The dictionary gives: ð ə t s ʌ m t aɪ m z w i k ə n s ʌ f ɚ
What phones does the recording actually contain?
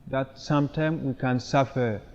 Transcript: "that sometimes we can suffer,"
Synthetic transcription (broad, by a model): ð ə t s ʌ m t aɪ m w i k ə n s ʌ f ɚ